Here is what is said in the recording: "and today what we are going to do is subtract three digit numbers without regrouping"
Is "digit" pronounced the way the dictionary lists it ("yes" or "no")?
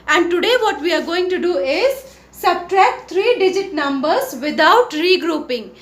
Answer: yes